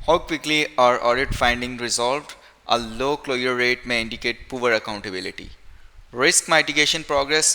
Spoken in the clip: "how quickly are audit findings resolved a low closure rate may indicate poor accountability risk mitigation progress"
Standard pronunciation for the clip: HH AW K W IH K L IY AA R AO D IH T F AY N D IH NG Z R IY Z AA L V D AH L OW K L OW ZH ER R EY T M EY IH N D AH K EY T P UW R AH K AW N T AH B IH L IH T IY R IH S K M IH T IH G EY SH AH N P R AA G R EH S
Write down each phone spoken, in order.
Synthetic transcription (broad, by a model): HH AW K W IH K L IY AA R AO D IH T F AY N D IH NG R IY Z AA L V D AH L OW K L OW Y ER R EY T M EY IH N D AH K EY T P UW R AH K AW N T AH B IH L IH T IY R IH S K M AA T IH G EY SH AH N P R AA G R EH S